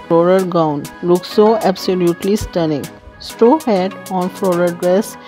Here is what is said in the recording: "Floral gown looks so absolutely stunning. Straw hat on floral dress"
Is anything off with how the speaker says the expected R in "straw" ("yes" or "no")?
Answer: yes